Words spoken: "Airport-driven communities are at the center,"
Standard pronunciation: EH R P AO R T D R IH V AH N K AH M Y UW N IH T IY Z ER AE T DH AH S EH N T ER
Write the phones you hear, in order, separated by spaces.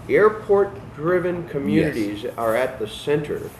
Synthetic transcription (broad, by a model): EH R P AO R T D R IH V AH N K AH M Y UW N IH T IY Z ER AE T DH AH S EH N T ER